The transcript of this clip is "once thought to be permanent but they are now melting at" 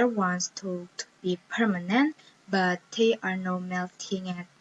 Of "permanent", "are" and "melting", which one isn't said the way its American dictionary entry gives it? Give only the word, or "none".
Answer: none